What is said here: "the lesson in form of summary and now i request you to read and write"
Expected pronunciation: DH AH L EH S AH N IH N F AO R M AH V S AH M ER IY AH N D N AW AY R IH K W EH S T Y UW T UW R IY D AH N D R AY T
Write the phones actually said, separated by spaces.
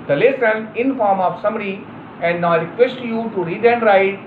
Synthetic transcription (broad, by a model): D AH L EH S AH N IH N F AO R M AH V S AH M ER IY AH N D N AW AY R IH K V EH S T Y UW T UW R IY D AH N D R AY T